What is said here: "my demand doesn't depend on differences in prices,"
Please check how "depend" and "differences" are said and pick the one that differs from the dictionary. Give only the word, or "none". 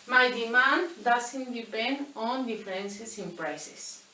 differences